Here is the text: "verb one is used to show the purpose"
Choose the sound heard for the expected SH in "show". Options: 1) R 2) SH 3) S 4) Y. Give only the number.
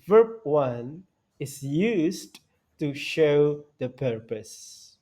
2